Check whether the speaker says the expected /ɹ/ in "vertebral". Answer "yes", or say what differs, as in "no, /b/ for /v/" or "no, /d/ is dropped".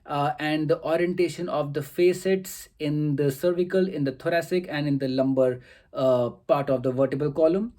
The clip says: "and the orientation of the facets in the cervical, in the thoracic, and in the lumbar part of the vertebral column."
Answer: no, /ɹ/ is dropped